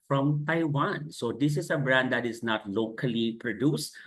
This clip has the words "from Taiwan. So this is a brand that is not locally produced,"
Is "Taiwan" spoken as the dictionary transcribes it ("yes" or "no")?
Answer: yes